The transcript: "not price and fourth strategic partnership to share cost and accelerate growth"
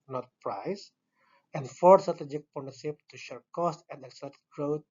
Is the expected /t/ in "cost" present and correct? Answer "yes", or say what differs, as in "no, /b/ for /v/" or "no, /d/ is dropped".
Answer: yes